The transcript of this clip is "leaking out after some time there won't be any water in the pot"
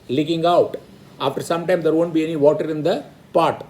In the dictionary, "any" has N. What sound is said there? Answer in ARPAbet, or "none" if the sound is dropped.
N